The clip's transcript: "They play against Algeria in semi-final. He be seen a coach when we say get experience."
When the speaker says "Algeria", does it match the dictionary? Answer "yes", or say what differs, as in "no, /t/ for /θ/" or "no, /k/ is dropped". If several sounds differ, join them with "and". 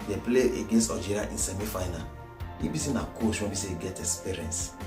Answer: no, /l/ is dropped